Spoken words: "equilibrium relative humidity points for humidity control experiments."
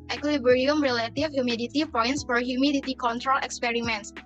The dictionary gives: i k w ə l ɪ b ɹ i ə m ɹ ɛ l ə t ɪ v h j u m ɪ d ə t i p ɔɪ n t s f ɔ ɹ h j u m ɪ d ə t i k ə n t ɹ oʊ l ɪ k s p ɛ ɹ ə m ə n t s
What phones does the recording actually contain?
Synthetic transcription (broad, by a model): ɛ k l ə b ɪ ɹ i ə m ɹ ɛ l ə t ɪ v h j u m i d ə t i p ɔɪ n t s f ɔ ɹ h j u m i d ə t i k ə n t ɹ oʊ l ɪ k s p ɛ ɹ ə m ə n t s